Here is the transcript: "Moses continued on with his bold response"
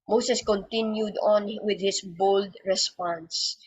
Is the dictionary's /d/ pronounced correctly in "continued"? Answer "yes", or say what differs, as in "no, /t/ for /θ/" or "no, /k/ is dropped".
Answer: yes